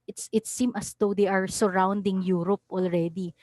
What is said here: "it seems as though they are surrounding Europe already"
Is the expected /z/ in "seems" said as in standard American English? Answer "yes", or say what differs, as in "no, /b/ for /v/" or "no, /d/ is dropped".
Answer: no, /z/ is dropped